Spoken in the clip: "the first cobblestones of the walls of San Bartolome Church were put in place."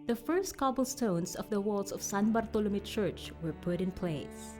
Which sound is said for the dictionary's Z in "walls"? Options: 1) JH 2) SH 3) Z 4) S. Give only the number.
4